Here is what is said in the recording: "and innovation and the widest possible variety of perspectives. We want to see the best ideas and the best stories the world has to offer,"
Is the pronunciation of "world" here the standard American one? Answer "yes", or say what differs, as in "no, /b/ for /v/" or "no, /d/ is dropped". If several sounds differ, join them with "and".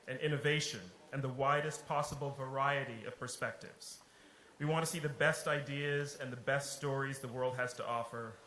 yes